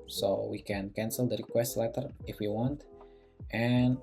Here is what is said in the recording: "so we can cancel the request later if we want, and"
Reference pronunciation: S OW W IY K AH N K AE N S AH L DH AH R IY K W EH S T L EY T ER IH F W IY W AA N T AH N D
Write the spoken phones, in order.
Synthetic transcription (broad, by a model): S OW W IY K AH N K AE N S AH L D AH R IY K W EH S T L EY T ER IH F W IY W AA N T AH N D